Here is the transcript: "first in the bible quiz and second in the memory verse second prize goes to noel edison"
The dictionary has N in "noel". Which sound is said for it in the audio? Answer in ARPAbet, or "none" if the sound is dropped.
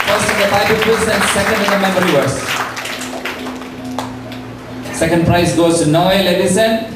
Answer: N